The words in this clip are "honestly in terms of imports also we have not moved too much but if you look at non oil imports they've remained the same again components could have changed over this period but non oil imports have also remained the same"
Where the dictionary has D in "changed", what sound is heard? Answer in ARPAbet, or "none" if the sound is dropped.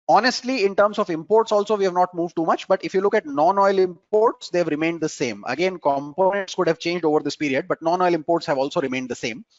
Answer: D